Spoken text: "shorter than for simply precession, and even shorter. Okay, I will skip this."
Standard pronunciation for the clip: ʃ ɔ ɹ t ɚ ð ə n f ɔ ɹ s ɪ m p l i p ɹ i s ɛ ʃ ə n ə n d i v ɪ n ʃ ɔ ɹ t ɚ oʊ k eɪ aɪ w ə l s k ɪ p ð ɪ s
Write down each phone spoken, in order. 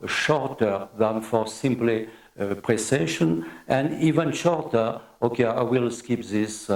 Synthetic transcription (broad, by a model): ʃ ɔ ɹ t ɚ ð ə n f ɔ ɹ s ɪ m p l i p ɹ i s ɛ ʃ ə n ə n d i v ɪ n ʃ ɔ ɹ t ɚ oʊ k eɪ aɪ w ə l s k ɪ p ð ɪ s